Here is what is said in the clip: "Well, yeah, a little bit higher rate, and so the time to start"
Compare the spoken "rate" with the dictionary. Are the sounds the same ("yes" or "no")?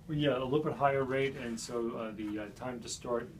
yes